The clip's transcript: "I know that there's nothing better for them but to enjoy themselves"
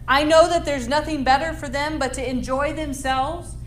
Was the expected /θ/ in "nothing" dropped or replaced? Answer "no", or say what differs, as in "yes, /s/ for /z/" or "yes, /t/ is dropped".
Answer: no